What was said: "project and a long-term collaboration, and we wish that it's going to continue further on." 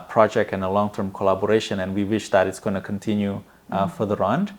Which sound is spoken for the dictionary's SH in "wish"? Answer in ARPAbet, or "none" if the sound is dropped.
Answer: SH